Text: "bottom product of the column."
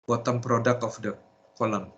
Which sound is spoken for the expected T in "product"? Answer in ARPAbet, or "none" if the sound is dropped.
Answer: none